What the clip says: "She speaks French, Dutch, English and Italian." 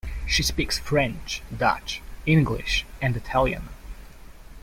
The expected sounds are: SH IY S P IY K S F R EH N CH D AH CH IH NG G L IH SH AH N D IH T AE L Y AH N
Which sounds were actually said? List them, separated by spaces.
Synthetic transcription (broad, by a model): SH IY S P IY K S F R EH N CH D AH CH IH NG G L IH SH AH N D IH T AE L Y AH N